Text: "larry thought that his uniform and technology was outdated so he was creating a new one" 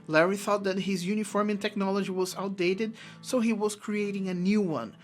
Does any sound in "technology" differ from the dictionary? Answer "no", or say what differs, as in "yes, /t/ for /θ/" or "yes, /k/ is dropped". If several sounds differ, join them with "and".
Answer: no